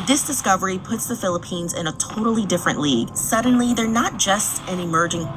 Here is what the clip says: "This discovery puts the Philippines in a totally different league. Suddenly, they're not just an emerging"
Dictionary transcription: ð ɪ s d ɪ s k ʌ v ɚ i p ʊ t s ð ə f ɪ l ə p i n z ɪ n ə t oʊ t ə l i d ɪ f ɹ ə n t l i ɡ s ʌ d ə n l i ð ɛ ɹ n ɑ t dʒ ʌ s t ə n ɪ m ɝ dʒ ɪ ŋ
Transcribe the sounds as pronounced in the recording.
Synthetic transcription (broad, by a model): ð ɪ s d ɪ s k ʌ v ɚ i p ʊ t s ð ə f ɪ l ə p i n z ɪ n ə t oʊ t l i d ɪ f ɹ ə n t l i ɡ s ʌ d n l i ð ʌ ɹ n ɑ t dʒ ʌ s t ə n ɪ m ɝ dʒ ɪ ŋ